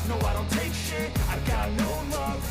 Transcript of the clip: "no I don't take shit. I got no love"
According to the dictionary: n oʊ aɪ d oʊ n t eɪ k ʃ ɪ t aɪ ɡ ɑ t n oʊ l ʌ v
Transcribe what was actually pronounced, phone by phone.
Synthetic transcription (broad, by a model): n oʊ aɪ d oʊ n t eɪ k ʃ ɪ aɪ ɡ ɑ t n oʊ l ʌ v